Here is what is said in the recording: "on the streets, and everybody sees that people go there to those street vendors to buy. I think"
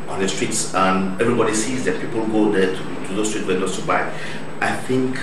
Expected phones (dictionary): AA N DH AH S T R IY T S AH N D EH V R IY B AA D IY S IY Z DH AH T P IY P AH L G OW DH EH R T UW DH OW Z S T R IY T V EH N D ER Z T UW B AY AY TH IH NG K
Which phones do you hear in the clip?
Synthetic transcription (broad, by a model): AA N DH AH S T R IY T S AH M EH V R IY B AA D IY S IY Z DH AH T P IY P AH L G OW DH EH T T UW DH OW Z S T R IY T W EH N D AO S T UW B AY AY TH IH NG K